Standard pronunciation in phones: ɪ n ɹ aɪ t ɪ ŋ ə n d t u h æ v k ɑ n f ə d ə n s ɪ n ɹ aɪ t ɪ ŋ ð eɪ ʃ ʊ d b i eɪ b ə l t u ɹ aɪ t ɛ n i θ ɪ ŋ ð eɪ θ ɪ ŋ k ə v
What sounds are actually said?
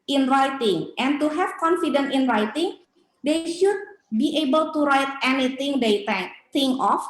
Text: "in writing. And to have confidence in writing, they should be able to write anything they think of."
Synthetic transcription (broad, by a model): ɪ n ɹ aɪ t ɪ ŋ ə n t u h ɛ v k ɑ n f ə d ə n ɪ n ɹ aɪ t ɪ ŋ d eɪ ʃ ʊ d b i eɪ b ə l t u ɹ aɪ t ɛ n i t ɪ ŋ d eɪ t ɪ ŋ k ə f